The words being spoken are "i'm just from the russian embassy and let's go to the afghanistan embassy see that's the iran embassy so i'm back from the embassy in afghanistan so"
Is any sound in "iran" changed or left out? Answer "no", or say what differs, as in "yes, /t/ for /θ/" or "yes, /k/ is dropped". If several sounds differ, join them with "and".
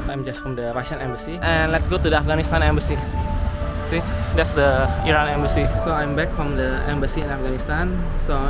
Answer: no